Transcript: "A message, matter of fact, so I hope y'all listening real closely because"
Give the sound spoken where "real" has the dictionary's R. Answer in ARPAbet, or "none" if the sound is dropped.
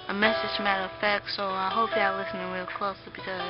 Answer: W